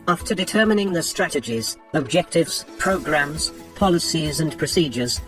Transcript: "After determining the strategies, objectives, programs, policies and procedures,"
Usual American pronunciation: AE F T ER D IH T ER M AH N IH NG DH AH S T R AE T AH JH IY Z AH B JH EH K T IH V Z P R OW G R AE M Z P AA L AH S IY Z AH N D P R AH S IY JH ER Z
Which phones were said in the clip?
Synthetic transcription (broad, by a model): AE F T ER D IH T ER M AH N IH NG DH AH S T R AE T AH JH IY Z AH B JH EH K T IH V Z P R OW G R AE M Z P AA L AH S IY Z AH N P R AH S IY JH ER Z